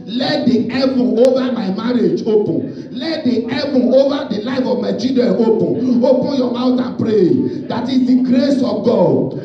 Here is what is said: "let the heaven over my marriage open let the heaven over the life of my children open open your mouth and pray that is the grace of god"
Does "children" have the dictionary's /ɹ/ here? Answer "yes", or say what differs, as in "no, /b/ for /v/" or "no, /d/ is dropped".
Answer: no, /ɹ/ is dropped